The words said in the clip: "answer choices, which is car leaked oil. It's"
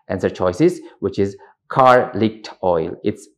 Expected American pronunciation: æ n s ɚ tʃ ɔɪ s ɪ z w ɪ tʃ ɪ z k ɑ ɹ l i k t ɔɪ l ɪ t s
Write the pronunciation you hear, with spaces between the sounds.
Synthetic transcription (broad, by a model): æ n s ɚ tʃ ɔɪ s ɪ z w ɪ tʃ ɪ z k ɑ ɹ l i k t ɔɪ l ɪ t s